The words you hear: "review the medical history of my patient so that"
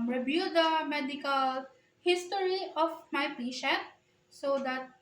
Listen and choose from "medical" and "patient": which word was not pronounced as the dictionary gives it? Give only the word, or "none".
patient